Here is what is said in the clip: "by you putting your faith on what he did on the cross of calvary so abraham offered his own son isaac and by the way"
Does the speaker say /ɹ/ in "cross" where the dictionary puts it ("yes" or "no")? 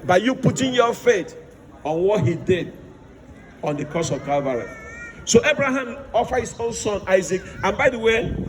no